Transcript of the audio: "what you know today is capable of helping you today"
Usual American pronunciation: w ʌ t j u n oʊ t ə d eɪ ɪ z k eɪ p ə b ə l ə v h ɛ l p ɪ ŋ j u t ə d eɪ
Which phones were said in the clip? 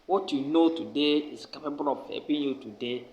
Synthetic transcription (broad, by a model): w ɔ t j u n oʊ t ə d eɪ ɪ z k eɪ p ə b ə l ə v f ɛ p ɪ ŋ j u t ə d eɪ